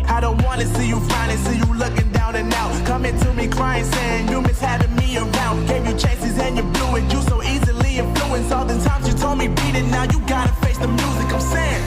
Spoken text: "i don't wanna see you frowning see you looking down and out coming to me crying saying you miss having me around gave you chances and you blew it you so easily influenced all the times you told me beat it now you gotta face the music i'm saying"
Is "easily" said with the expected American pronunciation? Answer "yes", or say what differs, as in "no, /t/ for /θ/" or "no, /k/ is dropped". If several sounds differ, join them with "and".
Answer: yes